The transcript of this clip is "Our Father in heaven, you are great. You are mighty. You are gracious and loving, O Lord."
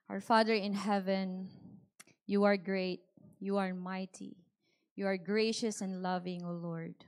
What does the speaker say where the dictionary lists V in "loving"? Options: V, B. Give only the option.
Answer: V